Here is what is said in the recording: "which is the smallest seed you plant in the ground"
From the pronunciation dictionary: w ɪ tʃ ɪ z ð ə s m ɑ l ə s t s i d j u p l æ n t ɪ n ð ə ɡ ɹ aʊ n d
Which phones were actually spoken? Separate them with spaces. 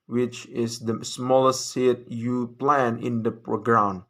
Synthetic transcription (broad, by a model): w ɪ tʃ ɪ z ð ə s m ɑ l ə s t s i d j u p l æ n ɪ n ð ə ɡ ɹ aʊ n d